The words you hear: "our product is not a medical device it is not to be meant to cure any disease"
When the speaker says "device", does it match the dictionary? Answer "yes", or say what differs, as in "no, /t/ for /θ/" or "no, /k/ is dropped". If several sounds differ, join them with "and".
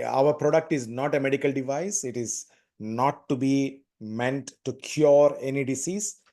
yes